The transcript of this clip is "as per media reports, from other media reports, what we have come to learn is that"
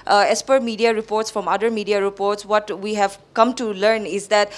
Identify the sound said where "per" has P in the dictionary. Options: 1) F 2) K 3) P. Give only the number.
3